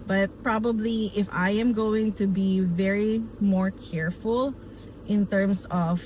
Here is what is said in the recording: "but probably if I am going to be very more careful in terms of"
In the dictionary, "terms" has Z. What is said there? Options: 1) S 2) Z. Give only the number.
1